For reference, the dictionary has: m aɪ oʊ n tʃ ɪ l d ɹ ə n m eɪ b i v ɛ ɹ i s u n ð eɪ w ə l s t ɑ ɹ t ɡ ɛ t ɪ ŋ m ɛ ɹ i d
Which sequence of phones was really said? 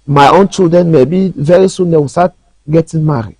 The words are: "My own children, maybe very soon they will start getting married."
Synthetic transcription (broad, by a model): m aɪ oʊ n tʃ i l d ɹ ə n m eɪ b i v ɛ ɹ i s u n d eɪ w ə s t ɑ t ɡ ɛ t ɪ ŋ m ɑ ɹ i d